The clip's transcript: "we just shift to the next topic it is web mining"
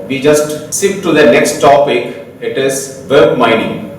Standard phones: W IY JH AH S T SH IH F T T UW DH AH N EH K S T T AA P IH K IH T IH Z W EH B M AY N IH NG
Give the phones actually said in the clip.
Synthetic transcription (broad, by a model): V IY JH AH S T S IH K T UW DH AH N EH K S T T AA P IH K IH T IH Z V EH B M AY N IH NG